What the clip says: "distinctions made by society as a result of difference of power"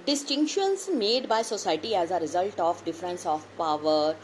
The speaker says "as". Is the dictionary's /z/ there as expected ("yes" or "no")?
yes